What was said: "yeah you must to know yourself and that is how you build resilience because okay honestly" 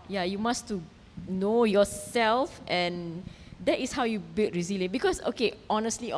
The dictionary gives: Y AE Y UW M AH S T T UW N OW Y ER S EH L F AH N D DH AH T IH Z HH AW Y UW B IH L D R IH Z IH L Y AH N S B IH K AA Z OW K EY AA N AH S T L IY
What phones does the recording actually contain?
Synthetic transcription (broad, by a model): Y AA Y UW M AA S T T UW N OW Y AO S EH L F AH N D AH T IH S HH AW Y UW B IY L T R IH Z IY L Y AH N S B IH K AA S OW K EY AA N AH S T L IY